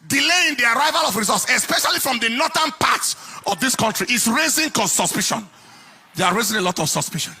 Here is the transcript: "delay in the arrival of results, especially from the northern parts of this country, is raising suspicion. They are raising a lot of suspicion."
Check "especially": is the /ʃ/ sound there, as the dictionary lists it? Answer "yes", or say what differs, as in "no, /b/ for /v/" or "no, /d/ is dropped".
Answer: yes